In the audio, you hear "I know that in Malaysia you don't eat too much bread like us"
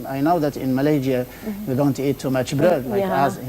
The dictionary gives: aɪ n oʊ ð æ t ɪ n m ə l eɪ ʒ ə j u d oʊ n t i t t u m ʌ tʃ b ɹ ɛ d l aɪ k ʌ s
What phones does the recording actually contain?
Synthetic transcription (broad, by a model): aɪ n oʊ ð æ t ɪ n m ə l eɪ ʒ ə j u d oʊ n t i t t u m ʌ tʃ b ɹ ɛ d w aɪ ʌ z